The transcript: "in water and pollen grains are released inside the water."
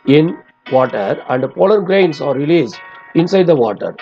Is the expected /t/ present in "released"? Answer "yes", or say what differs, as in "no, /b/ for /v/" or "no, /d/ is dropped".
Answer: no, /t/ is dropped